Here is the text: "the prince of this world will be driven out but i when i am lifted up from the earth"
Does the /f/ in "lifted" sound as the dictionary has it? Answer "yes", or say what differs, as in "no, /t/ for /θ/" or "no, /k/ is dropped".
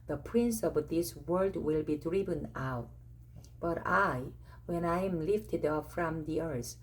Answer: yes